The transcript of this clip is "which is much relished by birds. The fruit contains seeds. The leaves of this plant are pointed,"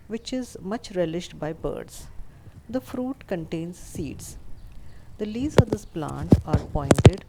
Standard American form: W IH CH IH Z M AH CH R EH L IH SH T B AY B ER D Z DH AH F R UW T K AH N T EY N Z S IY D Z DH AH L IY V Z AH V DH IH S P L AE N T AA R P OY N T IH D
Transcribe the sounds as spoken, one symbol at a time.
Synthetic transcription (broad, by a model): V IH CH IH Z M AH CH R EH L IH SH T B AY B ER D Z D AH F R UW T K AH N T EY N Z S IY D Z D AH L IY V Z AH V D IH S P L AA N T AA R P OY N T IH D